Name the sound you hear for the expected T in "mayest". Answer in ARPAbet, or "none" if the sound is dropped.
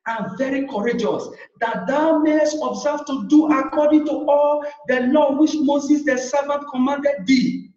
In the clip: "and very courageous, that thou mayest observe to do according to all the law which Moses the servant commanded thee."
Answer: none